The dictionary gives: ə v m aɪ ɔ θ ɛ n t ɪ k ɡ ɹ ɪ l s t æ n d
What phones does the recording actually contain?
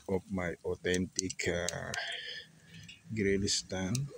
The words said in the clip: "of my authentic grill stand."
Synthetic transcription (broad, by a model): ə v m aɪ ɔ t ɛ n t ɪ k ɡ ɹ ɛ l s t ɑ n